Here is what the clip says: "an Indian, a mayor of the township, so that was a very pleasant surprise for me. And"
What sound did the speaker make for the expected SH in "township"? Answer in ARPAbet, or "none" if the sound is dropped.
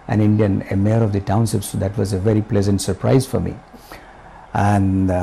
S